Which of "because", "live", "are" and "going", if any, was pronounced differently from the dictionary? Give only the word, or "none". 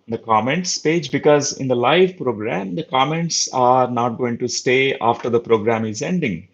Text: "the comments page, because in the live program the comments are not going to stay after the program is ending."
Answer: none